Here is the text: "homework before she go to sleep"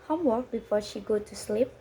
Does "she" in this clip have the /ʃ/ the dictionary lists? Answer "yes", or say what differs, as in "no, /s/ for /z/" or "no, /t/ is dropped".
yes